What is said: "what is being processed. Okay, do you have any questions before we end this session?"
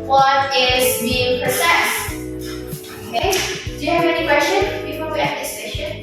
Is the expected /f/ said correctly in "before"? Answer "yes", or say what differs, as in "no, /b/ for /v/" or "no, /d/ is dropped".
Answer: no, /p/ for /f/